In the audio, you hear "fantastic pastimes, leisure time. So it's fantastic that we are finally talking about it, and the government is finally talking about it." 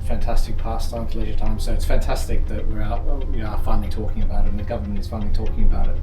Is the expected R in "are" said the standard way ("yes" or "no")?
no